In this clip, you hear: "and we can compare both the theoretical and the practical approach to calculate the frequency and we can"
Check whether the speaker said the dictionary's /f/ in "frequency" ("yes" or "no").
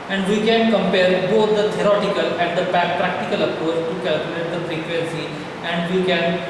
no